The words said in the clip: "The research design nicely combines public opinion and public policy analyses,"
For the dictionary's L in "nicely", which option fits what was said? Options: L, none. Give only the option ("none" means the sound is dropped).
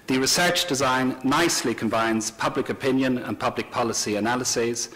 L